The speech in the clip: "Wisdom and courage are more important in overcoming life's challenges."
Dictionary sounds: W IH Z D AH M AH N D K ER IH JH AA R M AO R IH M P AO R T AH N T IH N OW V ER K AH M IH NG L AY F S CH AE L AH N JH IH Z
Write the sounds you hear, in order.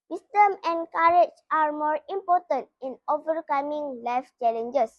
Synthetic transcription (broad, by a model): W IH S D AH M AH N K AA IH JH AA R M AO R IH M P AO T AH N T IH N OW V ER K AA M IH NG L AY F CH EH L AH N JH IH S